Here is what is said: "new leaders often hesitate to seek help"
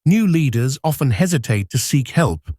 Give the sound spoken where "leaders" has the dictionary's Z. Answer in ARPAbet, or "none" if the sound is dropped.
Z